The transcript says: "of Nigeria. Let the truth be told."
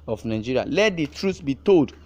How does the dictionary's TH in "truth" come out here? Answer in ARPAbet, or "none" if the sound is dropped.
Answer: S